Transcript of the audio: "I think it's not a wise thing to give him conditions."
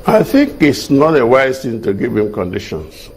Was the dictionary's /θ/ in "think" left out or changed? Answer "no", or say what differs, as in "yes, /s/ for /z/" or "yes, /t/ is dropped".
no